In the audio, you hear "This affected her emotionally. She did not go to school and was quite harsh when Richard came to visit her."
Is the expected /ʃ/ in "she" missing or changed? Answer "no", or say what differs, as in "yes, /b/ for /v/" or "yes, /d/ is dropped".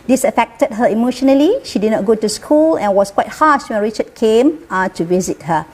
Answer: no